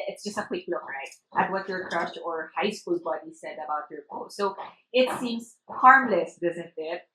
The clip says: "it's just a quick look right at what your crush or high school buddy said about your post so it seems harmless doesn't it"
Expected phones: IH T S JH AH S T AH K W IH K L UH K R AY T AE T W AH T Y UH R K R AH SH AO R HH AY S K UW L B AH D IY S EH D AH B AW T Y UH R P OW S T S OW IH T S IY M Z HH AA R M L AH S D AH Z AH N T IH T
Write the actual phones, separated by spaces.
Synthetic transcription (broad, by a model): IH T S JH AH S T AH K W IH K L UH K R AY T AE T W AH T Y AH R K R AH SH AO R HH AY S K UW L B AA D IY S EH D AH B AW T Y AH R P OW T S OW IH T S IY M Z HH AA R M L AH S D AH Z AH N T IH T